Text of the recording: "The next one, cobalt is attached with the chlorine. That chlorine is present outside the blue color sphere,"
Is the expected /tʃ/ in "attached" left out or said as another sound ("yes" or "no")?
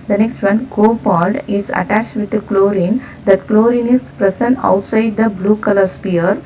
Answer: no